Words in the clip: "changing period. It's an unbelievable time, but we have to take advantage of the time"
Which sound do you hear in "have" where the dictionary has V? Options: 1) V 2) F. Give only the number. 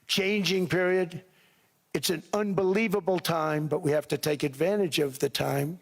2